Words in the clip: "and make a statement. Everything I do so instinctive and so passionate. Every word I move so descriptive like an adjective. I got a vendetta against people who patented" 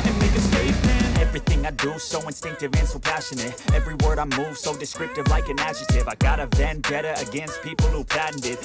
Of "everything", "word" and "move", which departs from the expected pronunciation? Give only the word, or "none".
none